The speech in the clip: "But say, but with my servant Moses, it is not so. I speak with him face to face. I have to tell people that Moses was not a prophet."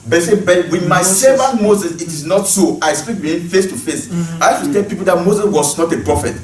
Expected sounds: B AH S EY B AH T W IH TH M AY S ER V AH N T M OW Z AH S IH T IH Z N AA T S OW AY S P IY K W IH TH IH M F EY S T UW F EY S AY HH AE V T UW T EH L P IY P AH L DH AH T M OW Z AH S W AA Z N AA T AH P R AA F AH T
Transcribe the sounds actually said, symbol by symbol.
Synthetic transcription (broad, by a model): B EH S EY B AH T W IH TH M AY S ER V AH N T M OW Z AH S IH T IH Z N AA T S OW AY S P IY K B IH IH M F EY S T UW F EY S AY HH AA F T UW T EH L P IY P AH L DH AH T M OW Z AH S W AA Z N AA T AH P R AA F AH T